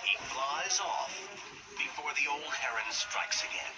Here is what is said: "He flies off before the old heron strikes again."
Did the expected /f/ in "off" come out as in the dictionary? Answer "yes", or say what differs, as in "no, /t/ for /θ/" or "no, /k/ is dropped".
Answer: yes